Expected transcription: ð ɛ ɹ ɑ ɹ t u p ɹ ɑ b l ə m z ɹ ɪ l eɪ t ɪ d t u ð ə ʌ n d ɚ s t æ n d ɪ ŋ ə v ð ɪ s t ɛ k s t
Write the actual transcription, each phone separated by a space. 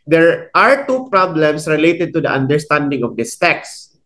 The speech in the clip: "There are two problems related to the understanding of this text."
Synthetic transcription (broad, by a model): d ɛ ɹ ɑ ɹ t u p ɹ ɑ b l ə m s ɹ ɪ l eɪ t ɪ d t u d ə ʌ n d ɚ s t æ n d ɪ ŋ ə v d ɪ s t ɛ k s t